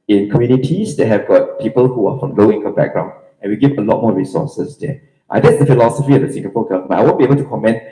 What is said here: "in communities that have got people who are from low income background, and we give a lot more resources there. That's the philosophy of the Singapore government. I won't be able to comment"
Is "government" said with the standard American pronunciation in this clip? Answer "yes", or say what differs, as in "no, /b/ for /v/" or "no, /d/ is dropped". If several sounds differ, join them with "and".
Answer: no, /n/ is dropped